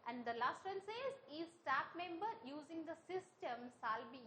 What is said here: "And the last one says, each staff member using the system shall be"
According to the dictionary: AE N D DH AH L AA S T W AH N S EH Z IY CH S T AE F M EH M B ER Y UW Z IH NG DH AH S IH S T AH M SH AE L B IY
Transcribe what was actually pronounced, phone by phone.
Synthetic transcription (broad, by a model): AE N D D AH L AA S T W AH N S EH Z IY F S T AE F M EH M B ER Y UW Z IH NG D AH S IH S T AH M S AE L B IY